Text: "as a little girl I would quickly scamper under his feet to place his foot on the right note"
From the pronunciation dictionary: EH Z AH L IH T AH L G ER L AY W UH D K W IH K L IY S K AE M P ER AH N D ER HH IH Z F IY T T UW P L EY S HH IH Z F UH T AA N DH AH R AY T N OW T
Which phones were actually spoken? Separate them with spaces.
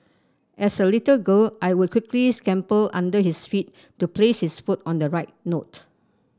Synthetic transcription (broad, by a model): EH S AH L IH T AH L G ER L AY W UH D K W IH K L IY S K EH M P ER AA N D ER HH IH S F IY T T UW P L EY S HH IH S F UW T AA N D AH R AY T N OW T